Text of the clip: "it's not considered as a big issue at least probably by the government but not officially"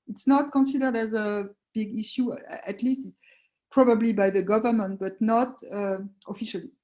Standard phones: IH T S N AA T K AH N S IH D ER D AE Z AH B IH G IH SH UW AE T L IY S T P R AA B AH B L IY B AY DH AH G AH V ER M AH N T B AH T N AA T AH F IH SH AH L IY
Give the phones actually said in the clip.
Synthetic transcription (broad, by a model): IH T S N AA T K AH N S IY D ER D AE Z AH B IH G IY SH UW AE T L IY S T P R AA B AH B L IY B AY DH AH G AH V ER M AH N T B AH T N AA T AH F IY SH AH L IY